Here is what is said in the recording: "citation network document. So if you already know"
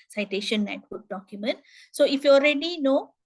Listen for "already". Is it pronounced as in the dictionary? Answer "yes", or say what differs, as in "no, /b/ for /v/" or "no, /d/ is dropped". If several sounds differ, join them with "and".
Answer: yes